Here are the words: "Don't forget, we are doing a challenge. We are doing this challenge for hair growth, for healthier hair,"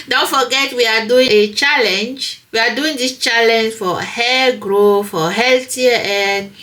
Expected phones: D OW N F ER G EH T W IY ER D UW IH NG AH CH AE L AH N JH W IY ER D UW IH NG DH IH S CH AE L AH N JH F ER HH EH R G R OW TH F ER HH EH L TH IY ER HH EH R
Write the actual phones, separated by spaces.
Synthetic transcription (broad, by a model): D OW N F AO G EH T W IY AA D UW IH NG AH CH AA L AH N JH W IY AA D UW IH NG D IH S CH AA L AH N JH F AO HH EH G R OW F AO HH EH L T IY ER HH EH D